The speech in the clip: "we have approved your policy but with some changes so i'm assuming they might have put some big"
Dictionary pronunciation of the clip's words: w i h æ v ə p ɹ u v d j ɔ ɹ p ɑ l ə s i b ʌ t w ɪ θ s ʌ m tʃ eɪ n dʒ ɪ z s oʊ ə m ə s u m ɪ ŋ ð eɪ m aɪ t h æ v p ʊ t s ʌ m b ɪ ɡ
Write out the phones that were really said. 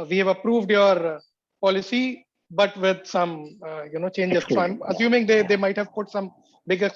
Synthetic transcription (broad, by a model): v i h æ v ə p ɹ u v d j ɔ ɹ p ɑ l ə s i b ʌ t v ɪ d s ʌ m tʃ eɪ n dʒ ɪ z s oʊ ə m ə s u m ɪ ŋ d eɪ m aɪ t h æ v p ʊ t s ʌ m b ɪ ɡ